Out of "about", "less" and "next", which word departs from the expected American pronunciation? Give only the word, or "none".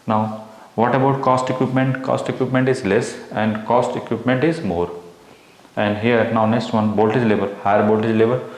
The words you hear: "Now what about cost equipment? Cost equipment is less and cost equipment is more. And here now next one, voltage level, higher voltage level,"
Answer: none